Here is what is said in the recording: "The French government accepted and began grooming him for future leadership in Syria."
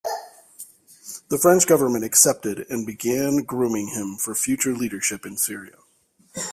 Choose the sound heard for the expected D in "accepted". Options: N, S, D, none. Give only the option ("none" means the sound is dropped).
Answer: D